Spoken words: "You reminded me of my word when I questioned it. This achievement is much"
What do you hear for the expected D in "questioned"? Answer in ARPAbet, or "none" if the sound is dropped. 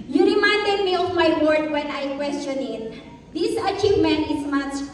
none